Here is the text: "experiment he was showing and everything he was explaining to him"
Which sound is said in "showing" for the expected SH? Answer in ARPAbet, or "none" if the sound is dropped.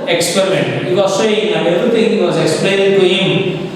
S